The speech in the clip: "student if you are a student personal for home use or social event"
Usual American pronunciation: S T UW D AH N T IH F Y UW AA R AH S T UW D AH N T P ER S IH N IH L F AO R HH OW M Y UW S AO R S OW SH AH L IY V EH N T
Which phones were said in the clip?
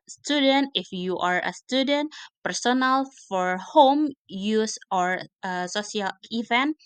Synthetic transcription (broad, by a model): S T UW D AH N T IH F Y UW AA R AH S T UW D AH N T P ER S IH N IH L F AO R HH OW M Y UW S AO R S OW S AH L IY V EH N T